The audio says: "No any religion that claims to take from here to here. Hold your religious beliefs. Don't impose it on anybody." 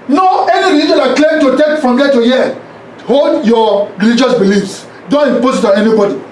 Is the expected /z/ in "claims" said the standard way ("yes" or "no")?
no